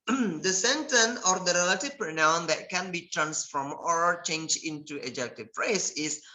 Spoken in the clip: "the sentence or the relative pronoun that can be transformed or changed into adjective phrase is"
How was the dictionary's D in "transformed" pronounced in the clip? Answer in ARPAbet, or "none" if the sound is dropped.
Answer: none